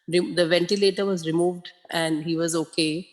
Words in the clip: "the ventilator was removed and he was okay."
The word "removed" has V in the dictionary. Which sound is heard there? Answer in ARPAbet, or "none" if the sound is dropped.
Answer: V